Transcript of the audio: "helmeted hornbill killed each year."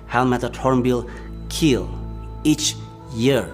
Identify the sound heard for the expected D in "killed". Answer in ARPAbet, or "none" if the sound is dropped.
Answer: none